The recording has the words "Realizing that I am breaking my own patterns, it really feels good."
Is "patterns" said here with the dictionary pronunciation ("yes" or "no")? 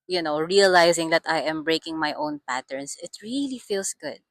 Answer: no